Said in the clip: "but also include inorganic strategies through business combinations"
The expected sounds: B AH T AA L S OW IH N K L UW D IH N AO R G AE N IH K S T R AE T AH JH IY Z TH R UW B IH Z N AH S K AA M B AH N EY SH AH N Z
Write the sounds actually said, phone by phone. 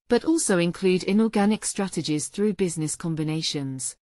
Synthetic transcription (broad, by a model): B AH T AA L S OW IH N K L UW D IH N AO G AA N IH K S T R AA T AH JH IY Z TH R UW B IH Z N AH S K AA M B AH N EY SH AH N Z